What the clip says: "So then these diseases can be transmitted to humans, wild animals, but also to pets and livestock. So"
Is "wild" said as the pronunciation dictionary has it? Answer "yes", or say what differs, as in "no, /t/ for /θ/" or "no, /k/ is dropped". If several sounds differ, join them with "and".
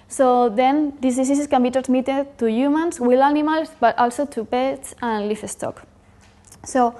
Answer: no, /d/ is dropped